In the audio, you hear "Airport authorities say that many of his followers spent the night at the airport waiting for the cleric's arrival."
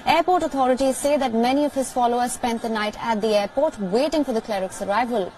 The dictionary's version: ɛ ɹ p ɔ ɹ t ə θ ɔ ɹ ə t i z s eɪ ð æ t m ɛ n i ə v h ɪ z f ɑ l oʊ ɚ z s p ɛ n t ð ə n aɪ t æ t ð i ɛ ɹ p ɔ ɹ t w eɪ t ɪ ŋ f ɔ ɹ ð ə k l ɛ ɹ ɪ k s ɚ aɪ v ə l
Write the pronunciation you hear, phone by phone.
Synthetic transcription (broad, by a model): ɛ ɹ p ɔ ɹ t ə t ɔ ɹ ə t i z s eɪ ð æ t m ɛ n i ə v h ɪ z f ɑ l oʊ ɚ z s p ɛ n t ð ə n aɪ t æ t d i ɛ ɹ p ɔ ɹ t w eɪ t ɪ ŋ f ɔ ɹ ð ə k l ɛ ɹ ɪ k s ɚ aɪ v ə l